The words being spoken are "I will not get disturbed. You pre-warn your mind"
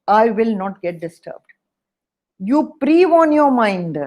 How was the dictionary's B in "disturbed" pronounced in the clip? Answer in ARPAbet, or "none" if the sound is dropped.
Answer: B